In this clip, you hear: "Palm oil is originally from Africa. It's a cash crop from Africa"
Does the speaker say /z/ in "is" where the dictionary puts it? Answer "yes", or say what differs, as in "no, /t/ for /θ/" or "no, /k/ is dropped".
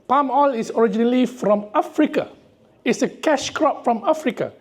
no, /s/ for /z/